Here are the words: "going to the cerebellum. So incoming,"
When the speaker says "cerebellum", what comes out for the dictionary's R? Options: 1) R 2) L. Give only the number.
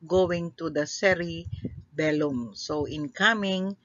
1